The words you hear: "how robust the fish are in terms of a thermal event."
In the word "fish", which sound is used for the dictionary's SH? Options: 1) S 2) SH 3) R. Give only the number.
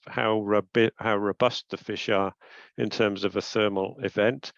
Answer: 2